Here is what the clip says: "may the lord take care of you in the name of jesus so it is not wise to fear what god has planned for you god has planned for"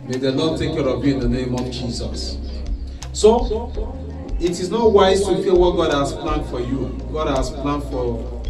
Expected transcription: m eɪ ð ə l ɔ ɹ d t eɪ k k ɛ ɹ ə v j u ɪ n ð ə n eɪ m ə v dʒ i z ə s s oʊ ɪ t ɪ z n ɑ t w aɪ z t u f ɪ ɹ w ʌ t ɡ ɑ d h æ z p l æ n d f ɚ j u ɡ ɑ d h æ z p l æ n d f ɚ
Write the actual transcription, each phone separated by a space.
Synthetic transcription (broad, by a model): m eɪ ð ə n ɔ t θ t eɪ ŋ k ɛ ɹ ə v j u ɪ n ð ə n eɪ m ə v dʒ i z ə s s oʊ ɪ t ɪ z n ɑ t w aɪ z t u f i l w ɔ t ɡ ɑ d h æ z p l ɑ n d f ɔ j u ɡ ɑ d h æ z p l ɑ n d f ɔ